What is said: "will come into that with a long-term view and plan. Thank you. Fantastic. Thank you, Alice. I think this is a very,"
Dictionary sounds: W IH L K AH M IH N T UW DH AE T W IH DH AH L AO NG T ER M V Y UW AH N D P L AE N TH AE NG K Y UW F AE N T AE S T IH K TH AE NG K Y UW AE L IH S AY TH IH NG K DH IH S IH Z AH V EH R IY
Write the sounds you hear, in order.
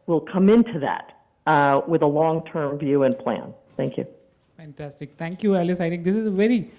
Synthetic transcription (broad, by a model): W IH L K AH M IH N T UW DH AE T W IH DH AH L AO NG T ER M V Y UW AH N P L AE N TH AE NG K Y UW F AE N T AE S T IH K T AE NG K Y UW AE L IH S AY T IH NG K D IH S IH Z AH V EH R IY